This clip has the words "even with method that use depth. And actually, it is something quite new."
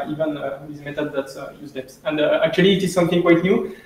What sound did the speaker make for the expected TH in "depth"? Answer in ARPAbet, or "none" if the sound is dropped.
S